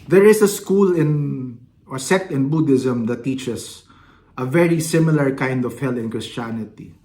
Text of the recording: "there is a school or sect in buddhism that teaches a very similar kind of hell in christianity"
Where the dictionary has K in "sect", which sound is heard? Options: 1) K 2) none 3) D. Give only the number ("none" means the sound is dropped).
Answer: 2